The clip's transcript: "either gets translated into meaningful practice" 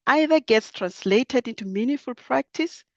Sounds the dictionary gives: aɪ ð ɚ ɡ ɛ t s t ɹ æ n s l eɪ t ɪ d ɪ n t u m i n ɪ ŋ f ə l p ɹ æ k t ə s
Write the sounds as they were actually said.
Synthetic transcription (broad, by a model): aɪ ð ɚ ɡ ɛ t s t ɹ æ n s l eɪ t ɪ d ɪ n t u m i n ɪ f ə l p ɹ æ k t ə s